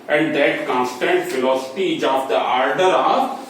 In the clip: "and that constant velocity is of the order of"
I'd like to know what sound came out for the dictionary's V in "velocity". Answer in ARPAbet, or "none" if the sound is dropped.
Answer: F